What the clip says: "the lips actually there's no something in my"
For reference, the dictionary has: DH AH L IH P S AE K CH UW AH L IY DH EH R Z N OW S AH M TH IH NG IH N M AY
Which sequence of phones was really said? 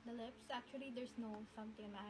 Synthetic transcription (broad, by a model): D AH L IH P S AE K CH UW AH L IY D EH R S N OW S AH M T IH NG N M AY